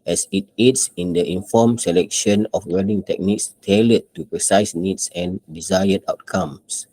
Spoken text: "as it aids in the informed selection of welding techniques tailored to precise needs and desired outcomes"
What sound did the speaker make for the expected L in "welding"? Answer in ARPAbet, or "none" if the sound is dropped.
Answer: none